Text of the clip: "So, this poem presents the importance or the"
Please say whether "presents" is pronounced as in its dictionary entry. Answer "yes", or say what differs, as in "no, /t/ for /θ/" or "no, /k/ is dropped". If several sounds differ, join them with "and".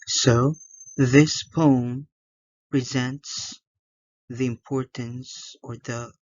yes